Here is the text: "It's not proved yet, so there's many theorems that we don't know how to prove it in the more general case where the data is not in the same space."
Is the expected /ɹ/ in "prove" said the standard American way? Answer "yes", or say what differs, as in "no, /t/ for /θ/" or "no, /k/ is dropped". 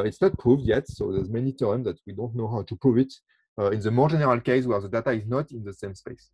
no, /ɹ/ is dropped